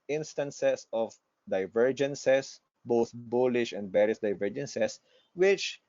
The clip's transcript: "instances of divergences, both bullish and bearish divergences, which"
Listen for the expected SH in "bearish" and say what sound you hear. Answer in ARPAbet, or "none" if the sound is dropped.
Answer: S